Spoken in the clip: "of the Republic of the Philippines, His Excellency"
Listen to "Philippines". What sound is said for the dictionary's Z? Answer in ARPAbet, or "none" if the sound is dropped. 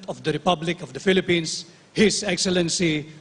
S